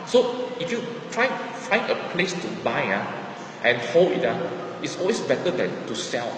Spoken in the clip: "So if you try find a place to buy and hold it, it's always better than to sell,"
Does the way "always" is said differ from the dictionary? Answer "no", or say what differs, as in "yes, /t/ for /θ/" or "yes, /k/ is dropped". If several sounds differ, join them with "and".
yes, /s/ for /z/